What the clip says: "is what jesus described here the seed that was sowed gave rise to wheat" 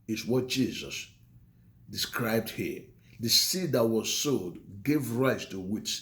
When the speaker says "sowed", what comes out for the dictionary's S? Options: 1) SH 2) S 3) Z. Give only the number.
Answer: 2